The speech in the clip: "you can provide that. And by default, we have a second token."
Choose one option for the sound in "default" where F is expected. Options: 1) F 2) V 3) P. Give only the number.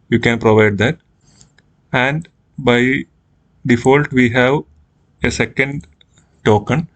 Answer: 1